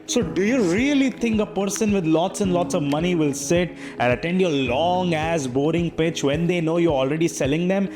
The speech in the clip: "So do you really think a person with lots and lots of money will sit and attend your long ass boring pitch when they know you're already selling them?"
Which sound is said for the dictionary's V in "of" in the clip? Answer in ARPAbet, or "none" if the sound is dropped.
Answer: V